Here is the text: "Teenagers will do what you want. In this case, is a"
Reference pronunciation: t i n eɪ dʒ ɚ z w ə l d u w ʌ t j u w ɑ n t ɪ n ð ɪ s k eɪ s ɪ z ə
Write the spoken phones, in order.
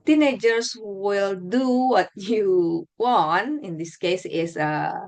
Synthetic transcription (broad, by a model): t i n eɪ dʒ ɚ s w ə l d u w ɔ t j u w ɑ n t ɪ n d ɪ s k eɪ s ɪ s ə